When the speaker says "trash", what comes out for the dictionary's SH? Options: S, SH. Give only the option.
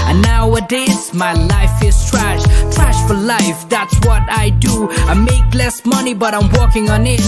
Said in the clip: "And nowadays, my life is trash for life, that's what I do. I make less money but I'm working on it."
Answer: SH